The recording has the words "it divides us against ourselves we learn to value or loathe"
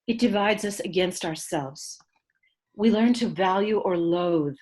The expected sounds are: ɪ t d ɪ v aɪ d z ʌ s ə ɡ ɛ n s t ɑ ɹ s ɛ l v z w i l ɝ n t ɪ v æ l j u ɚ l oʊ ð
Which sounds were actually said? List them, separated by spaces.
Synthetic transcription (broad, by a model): ɪ t d ɪ v aɪ d z ʌ s ə ɡ ɛ n s t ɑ ɹ s ɛ l v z w i l ɝ n t ɪ v æ l j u ɚ l oʊ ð